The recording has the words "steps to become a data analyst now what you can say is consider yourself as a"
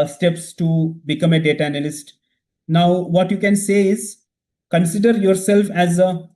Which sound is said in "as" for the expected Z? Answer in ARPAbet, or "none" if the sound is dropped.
Z